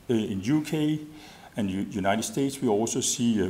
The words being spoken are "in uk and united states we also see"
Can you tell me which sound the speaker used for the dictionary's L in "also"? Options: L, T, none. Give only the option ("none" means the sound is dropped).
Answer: L